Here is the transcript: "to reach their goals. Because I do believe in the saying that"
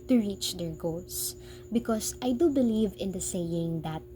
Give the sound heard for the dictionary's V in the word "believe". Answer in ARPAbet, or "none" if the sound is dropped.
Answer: V